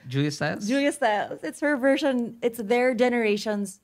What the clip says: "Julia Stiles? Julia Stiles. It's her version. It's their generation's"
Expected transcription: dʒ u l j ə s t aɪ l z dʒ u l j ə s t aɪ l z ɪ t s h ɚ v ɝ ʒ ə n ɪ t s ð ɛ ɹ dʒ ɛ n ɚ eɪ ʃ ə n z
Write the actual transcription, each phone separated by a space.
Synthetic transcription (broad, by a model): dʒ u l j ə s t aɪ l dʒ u l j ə s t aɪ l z ɪ t s h ɚ v ɝ ʒ ə n ɪ t s ð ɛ ɹ dʒ ɛ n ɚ eɪ ʃ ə n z